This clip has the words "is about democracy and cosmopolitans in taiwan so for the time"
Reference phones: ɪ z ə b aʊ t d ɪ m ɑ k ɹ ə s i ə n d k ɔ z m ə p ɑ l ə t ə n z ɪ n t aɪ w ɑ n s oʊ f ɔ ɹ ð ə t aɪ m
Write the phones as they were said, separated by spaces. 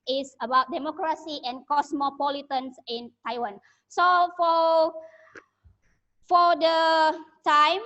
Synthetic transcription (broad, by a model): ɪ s ə b aʊ t d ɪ m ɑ k ɹ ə s i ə n k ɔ s m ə p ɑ l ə t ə n s ɪ n t aɪ w ɑ n s oʊ f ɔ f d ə t aɪ m